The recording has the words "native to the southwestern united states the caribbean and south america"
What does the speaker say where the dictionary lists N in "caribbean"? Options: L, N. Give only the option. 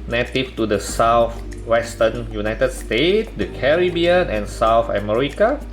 N